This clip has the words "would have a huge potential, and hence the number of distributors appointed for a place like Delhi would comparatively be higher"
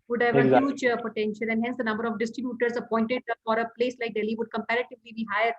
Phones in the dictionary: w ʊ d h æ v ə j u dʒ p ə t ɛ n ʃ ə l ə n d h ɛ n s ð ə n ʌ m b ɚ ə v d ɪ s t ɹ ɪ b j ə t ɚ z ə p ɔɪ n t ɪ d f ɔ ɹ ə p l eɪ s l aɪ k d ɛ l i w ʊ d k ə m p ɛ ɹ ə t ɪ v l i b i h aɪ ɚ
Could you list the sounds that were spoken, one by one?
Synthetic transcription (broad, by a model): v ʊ d h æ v ə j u tʃ p ə t ɛ n ʃ ə l ə n d h ɛ n s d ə n ʌ m b ɚ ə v d ɪ s t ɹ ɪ b j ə t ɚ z ə p ɔɪ n t ɪ d f ɔ ɹ ə p l eɪ s l aɪ k d ɛ l i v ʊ d k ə m p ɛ ɹ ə t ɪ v l i b i h aɪ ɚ